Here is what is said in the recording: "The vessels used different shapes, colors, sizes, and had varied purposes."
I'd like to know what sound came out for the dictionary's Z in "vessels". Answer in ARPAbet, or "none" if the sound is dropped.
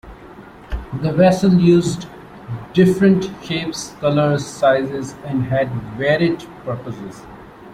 none